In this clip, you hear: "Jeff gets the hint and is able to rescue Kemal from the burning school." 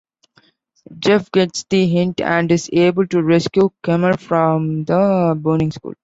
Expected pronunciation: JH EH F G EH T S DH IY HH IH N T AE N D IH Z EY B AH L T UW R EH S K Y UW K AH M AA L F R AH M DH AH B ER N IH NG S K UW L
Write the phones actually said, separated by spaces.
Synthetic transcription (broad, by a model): JH EH F G EH T S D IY HH IH N T AE N D IH Z EY B AH L T UW R EH S K Y UW K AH M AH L F R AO M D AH B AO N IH NG S K UW L